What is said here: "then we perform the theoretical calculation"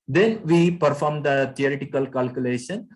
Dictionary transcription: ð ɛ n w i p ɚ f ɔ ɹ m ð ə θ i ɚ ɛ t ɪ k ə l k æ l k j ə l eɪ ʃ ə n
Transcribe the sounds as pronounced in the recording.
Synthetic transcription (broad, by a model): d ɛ n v i p ɚ f ɔ ɹ m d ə t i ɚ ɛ t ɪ k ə l k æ l k j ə l eɪ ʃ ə n